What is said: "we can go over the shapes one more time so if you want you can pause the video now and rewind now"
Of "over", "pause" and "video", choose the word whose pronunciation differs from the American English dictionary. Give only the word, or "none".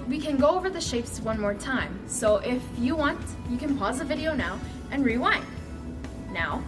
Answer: none